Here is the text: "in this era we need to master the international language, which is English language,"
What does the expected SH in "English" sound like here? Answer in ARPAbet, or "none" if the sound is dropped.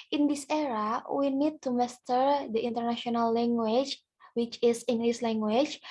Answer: S